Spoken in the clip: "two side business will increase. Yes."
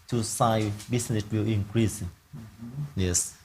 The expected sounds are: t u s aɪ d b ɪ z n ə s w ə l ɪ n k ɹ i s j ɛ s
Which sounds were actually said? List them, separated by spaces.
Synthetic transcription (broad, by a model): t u s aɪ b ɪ s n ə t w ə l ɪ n k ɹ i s j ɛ s